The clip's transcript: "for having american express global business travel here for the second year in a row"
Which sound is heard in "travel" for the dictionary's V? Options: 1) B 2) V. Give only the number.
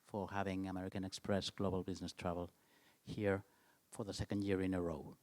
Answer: 2